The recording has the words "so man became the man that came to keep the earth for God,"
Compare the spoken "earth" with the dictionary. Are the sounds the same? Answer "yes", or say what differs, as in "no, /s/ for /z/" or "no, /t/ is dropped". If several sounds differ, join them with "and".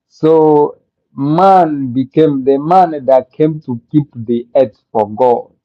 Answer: no, /s/ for /θ/